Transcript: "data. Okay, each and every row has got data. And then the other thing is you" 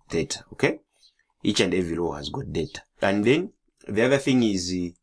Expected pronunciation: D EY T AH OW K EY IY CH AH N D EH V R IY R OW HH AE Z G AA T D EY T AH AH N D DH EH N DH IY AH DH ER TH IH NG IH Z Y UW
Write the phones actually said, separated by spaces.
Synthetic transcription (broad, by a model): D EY T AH OW K EY IY CH AH N D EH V IY L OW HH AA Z G AA T D EY T AH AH N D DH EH N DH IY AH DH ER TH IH NG IH Z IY